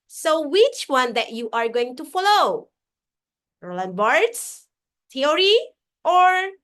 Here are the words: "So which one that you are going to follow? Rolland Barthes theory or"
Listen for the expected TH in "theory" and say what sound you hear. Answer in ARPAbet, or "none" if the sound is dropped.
T